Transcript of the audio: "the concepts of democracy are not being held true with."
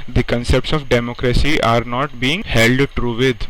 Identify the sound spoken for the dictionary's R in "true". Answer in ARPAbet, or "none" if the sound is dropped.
R